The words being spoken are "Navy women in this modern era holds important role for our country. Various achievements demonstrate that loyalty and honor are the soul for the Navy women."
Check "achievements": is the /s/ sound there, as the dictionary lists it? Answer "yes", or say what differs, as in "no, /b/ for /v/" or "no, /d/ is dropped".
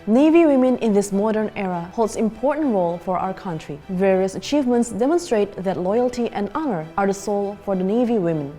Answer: yes